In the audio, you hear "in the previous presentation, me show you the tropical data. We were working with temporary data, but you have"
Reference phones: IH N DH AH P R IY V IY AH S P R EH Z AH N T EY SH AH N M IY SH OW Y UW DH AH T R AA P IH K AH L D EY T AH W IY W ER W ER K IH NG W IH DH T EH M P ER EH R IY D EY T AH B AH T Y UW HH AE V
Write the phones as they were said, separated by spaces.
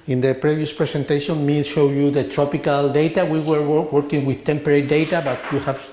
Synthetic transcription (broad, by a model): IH N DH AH P R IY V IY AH S P R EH S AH N T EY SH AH N M IY SH OW Y UW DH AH T R AA P IH K AH L D EY T AH W IY W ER W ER K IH NG W IH DH T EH M P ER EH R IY D EY T AH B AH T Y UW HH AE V